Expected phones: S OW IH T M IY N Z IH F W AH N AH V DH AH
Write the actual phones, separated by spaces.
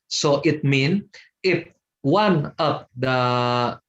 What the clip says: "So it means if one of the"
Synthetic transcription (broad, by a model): S OW IH T M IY N IH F W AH N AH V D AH